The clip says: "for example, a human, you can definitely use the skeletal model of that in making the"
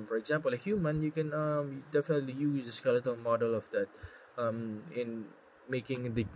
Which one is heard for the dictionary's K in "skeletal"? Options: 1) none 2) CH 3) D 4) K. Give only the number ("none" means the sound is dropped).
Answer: 4